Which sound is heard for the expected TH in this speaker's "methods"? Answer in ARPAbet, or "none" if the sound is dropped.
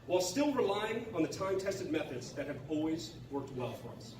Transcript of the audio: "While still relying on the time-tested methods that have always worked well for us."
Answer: TH